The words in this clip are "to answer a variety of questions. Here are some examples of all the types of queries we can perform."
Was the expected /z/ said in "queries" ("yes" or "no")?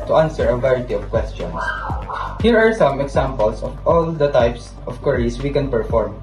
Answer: no